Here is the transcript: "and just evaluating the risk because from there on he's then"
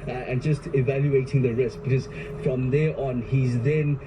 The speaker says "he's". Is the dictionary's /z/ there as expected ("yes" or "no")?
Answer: yes